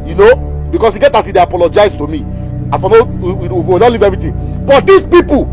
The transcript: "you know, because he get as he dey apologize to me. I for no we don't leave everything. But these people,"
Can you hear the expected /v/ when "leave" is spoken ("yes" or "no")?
yes